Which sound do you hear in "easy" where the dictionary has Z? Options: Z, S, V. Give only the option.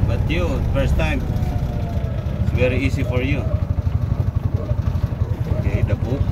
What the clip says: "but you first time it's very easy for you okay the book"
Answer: S